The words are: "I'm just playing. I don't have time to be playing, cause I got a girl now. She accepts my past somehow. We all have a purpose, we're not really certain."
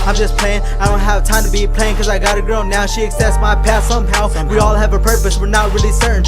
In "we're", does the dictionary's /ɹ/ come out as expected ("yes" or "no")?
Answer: yes